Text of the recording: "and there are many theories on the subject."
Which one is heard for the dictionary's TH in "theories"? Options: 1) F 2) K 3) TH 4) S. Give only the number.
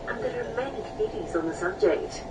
1